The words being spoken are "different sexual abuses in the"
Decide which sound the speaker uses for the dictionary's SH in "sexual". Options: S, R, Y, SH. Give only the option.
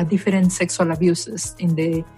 S